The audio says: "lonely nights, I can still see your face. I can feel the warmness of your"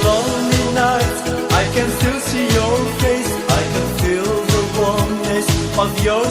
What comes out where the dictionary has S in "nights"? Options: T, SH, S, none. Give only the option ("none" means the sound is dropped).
none